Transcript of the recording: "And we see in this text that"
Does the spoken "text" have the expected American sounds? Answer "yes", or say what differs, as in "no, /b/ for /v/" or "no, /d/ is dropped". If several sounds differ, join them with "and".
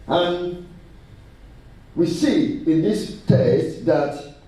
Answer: no, /k/ is dropped